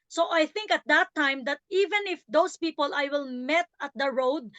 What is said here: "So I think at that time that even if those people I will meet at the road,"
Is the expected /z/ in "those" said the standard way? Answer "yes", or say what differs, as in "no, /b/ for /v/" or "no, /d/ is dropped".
no, /s/ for /z/